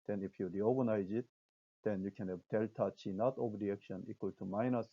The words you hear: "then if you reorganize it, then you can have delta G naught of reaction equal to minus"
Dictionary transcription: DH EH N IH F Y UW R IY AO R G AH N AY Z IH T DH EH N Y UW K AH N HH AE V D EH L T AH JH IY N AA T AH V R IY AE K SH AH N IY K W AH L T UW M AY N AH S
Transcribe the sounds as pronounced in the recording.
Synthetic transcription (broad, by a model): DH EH N IH F Y UW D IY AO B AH N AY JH IH T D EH N Y UW K AH N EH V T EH L T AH CH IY N AA T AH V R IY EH K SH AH N IY K W AH L T UW M AY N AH S